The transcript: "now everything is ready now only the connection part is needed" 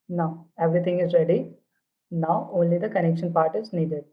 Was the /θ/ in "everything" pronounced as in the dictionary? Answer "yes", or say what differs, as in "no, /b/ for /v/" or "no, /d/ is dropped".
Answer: no, /t/ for /θ/